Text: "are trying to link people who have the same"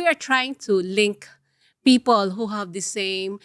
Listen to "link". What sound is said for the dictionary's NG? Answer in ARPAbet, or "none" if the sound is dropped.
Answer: NG